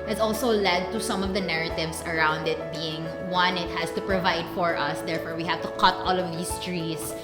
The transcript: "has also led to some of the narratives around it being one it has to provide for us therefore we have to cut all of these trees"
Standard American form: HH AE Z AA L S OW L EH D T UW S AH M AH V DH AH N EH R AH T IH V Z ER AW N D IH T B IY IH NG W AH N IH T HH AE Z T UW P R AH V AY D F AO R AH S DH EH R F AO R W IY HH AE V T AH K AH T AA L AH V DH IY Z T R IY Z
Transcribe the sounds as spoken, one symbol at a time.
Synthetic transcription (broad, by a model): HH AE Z AA L S OW L EH D T UW S AH M AH V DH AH N EH R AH T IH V S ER AW N D IH T B IY IH NG W AH N IH T HH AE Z T UW P R AH V AY D F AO R AH S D EH R F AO R W IY HH AE V T AH K AH T AA L AH V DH IY S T R IY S